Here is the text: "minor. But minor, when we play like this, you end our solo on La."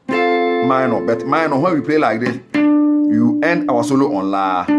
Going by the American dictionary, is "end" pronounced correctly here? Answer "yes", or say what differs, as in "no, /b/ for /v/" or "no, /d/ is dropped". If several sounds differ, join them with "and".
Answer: yes